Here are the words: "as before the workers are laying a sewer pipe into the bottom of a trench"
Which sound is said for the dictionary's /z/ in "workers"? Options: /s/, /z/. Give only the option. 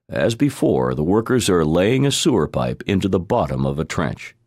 /z/